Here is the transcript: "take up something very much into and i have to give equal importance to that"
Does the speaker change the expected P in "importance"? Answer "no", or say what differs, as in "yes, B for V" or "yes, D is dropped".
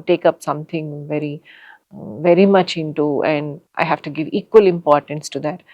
no